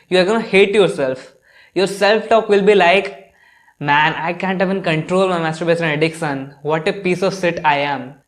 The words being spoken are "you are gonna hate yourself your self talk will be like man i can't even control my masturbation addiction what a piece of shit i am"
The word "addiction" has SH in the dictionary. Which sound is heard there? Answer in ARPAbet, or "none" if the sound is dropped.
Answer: S